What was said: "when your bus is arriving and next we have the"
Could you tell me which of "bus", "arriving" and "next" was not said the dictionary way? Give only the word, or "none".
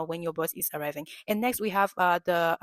bus